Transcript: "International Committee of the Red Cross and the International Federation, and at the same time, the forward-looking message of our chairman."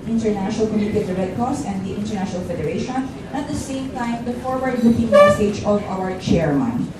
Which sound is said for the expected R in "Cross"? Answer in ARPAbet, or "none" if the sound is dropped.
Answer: none